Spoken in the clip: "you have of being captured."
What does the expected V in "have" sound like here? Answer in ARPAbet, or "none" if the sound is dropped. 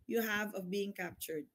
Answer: V